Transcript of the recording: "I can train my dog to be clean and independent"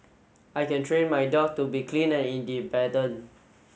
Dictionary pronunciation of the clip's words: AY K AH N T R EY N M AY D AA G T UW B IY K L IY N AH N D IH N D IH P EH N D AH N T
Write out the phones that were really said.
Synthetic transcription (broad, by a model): AY K AH N T R EY N M AY D AA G T UW B IY K L IY N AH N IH N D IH B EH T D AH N